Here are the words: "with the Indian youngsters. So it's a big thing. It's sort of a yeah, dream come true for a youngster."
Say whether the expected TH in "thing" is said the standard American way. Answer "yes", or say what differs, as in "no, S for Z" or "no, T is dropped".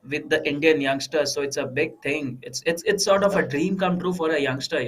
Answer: no, T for TH